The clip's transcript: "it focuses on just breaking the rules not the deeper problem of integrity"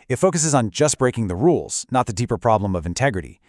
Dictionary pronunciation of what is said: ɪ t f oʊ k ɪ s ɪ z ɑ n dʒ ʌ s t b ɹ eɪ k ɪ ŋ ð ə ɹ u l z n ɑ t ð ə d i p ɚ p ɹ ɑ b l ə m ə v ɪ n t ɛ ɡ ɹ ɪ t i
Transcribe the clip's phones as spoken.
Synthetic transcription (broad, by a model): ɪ t f oʊ k ɪ s ɪ z n dʒ ʌ s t b ɹ eɪ k ɪ ŋ ð ə ɹ u l z n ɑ t ð ə d i p ɚ p ɹ ɑ b l ə m ə v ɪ n t ɛ ɡ ɹ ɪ t i